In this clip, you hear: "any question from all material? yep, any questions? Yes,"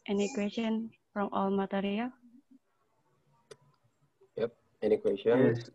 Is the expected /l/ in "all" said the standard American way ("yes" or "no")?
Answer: yes